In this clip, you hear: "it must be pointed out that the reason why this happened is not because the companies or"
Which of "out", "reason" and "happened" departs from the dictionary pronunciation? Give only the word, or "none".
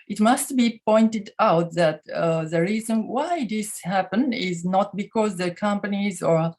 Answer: happened